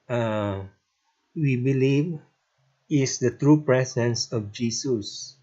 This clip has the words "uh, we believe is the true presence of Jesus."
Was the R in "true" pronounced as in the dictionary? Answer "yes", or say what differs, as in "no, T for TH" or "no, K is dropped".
yes